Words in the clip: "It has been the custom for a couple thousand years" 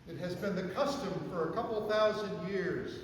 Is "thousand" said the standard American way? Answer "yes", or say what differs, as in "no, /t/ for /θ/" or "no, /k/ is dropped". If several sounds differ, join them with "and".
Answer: yes